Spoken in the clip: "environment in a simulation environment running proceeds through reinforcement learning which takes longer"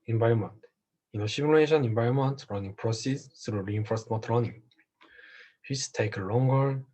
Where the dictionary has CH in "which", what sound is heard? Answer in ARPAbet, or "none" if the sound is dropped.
S